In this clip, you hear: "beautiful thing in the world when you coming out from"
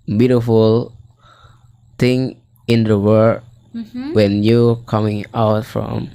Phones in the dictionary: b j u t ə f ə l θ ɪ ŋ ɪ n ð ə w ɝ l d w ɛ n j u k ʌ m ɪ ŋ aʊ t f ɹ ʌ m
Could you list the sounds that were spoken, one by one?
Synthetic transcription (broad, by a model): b j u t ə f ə l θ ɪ ŋ ɪ n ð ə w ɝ d w ɛ n j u k ʌ m ɪ ŋ aʊ t f ɹ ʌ m